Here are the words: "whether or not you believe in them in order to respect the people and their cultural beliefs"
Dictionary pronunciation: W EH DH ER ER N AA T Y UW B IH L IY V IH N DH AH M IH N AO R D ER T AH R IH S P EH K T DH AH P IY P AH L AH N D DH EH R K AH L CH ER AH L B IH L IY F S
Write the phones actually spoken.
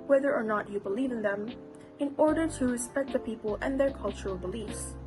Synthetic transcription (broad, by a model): W EH DH ER ER N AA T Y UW B IH L IY V IH N DH AH M IH N AO R D ER T AH R IH S P EH K T DH AH P IY P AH L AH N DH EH R K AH L CH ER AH L B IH L IY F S